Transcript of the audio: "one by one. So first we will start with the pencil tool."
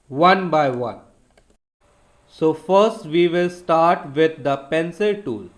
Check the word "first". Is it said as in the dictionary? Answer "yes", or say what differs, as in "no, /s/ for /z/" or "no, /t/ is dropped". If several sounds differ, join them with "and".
yes